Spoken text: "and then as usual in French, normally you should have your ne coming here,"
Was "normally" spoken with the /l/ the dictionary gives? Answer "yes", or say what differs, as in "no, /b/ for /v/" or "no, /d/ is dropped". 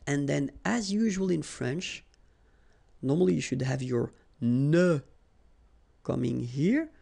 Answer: yes